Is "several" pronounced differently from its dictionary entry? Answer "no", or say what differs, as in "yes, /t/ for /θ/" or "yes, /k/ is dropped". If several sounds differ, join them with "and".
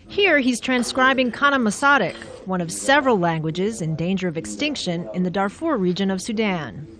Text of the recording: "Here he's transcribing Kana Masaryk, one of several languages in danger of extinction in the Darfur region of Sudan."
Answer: no